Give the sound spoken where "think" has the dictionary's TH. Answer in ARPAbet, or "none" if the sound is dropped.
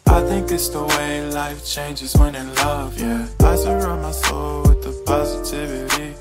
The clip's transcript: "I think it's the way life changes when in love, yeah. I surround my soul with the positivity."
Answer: TH